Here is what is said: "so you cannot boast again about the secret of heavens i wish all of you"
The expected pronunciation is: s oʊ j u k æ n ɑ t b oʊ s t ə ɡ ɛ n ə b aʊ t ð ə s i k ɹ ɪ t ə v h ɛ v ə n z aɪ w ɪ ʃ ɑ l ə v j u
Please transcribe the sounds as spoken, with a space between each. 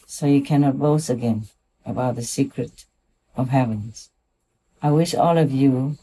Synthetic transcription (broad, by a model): s oʊ j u k æ n ɑ t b oʊ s ə ɡ ɛ n ə b aʊ t ð ə s i k ɹ ɪ t ə v h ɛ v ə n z aɪ w ɪ ʃ ɑ l ə v j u